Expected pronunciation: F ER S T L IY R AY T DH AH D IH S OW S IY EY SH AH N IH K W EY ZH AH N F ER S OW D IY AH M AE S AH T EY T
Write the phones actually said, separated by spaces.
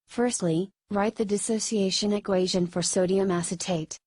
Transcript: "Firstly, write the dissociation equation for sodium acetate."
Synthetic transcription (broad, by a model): F ER S T L IY R AY T DH AH D IH S OW S IY EY SH AH N IH K W EY ZH AH N F ER S OW D IY AH M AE S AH T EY T